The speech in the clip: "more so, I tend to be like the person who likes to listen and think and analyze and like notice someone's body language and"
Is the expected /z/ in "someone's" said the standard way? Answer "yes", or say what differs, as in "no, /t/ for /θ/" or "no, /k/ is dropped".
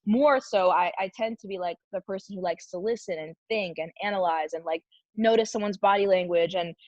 yes